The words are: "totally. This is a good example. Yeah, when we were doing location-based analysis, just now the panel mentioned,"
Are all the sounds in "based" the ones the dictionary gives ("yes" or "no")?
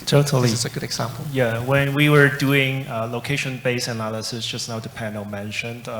no